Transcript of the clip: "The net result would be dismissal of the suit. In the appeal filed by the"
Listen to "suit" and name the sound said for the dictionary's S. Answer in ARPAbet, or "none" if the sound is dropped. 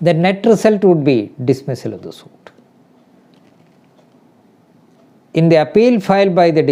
S